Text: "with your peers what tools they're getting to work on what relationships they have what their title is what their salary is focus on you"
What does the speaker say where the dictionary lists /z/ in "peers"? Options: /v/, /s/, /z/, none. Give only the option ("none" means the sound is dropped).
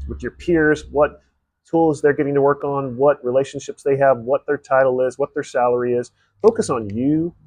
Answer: /z/